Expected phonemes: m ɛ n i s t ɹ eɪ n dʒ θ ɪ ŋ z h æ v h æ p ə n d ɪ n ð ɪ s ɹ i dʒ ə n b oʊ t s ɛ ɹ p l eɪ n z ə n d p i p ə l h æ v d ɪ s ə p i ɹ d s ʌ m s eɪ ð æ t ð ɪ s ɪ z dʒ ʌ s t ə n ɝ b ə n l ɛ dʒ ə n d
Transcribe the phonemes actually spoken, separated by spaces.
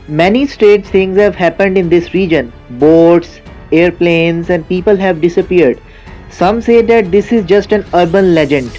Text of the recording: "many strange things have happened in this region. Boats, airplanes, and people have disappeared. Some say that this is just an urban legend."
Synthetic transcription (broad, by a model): m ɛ n i s t ɹ eɪ dʒ t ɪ ŋ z h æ v h æ p ə n d ɪ n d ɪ s ɹ i dʒ ə n b oʊ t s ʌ ɹ p l eɪ n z ə n d p i p ə l h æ v d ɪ s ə p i ɹ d s ʌ m s eɪ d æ t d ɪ s ɪ z dʒ ʌ s t ə n ɝ b ə n l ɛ dʒ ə n d